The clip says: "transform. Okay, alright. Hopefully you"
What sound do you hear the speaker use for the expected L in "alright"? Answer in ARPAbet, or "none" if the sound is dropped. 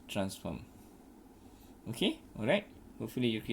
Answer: L